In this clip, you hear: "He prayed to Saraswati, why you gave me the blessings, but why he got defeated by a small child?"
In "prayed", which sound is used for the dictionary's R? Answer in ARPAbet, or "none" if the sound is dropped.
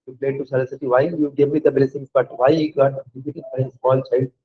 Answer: L